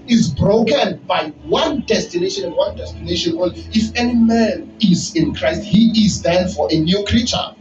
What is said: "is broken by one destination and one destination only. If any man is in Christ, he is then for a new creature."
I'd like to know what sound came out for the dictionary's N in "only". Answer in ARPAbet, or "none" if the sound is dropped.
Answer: none